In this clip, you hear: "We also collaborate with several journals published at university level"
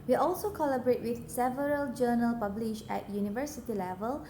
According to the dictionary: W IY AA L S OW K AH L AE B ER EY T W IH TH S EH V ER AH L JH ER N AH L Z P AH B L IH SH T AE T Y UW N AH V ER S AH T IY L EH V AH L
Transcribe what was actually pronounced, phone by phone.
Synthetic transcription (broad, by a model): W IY AA L S OW K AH L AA B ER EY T W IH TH S EH V ER AH L JH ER N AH L P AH B L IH SH EH T Y UW N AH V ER S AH T IY L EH V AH L